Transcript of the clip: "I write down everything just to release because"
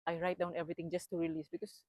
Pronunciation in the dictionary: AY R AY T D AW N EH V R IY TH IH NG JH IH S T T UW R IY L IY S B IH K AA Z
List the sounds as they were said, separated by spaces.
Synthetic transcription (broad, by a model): AY R AY T D AW N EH V R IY T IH NG JH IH S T T UW R IY L IY S B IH K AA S